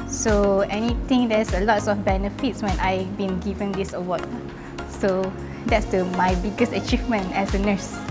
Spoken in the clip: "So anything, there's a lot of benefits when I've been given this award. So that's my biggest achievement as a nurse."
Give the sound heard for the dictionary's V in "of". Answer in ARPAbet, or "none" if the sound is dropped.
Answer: F